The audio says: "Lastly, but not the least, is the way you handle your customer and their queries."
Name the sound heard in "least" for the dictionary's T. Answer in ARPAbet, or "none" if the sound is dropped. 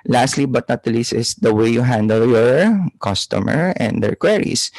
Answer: none